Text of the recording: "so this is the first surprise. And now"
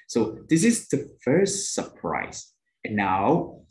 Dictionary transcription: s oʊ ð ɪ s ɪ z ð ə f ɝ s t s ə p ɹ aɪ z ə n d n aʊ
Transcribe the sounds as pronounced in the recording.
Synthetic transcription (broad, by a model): s oʊ ð ɪ s ɪ z ð ə f ɝ s t s ə p ɹ aɪ z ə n n aʊ